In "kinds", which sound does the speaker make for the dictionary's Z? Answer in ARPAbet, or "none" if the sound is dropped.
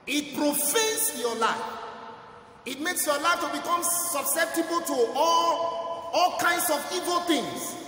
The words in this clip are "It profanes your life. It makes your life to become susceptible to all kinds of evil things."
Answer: S